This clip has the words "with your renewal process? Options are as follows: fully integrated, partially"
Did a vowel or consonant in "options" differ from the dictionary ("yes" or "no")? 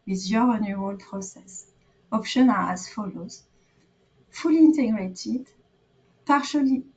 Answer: yes